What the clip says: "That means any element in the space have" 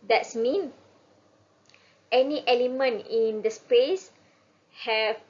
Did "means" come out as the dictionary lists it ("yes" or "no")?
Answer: no